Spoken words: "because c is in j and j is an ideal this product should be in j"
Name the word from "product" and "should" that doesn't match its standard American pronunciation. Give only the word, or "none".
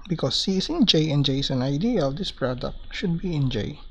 none